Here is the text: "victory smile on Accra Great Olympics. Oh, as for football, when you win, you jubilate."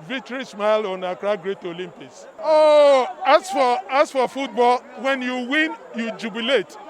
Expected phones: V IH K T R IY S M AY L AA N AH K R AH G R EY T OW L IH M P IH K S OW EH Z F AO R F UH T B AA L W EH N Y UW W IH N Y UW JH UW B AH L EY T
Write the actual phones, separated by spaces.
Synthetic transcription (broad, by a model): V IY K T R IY S M AY L AA N AH K R AH G R EY T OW L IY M P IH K S OW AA S F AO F F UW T B AA L W EH N Y UW W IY N Y UW JH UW B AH L EY T